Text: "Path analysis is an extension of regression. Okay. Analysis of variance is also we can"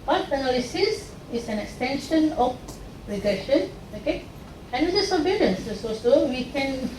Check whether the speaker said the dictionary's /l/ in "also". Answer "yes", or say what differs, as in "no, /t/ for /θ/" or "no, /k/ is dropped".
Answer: no, /l/ is dropped